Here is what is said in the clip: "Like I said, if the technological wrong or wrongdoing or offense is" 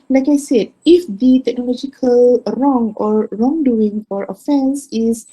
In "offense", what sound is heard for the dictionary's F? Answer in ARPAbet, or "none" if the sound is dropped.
F